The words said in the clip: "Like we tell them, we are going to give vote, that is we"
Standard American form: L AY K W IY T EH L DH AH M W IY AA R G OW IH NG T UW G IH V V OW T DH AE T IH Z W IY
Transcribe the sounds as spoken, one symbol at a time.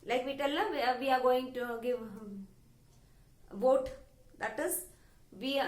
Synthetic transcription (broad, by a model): L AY K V IY T EH L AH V IY AA R G OW IH NG T UW G IH V V OW T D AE T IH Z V IY